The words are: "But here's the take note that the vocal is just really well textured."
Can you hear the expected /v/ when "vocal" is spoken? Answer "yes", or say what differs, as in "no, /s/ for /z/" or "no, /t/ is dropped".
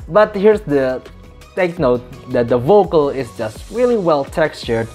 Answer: yes